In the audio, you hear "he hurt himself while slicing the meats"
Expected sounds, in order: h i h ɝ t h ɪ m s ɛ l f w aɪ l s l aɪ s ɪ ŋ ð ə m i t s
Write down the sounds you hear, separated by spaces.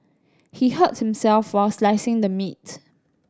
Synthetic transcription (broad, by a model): h i h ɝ t h ɪ m s ɛ l f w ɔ s l aɪ s ɪ ŋ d ə m i t